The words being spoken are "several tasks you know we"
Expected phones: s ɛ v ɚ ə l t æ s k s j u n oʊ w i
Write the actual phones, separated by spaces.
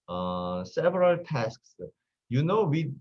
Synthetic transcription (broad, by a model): s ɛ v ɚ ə l t æ s k s j u n oʊ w i